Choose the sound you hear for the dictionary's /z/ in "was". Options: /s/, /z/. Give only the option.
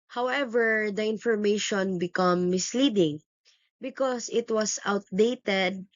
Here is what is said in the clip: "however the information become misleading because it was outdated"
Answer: /s/